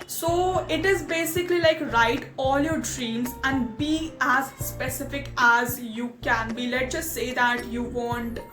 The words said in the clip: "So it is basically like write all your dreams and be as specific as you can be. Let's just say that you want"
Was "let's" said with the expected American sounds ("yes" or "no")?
no